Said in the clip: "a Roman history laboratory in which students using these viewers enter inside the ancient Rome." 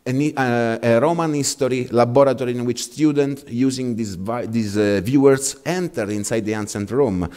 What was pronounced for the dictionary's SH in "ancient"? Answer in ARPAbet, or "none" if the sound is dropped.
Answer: S